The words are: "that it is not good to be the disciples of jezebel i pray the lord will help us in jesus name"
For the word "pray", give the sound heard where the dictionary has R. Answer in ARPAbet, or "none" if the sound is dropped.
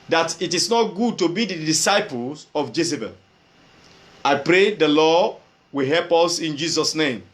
R